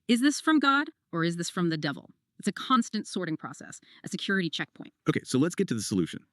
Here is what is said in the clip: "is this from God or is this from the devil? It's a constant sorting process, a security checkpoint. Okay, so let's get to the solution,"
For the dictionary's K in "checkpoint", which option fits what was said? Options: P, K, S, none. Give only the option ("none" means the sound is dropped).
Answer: K